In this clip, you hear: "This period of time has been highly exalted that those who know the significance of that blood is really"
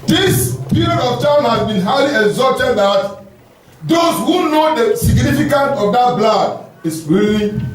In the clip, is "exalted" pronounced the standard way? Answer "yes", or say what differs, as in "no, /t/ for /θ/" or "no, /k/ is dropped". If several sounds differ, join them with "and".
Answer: no, /l/ is dropped